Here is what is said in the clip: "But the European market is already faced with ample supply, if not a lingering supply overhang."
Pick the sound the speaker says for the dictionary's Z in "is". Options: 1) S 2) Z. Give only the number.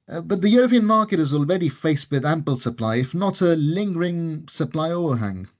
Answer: 2